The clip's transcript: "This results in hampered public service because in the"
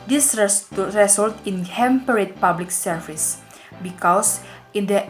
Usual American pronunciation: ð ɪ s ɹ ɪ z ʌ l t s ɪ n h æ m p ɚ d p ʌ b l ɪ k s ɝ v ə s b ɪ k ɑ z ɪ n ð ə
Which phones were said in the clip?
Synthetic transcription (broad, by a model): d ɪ s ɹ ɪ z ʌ l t ɪ n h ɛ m p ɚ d p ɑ b l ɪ k s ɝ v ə s b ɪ k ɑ s ɪ n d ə